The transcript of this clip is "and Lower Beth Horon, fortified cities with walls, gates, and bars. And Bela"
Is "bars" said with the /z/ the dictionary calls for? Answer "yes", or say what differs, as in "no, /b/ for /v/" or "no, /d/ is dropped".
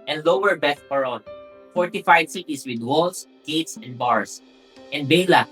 no, /s/ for /z/